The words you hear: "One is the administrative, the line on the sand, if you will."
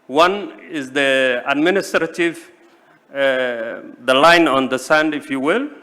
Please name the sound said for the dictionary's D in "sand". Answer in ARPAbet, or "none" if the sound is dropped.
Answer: D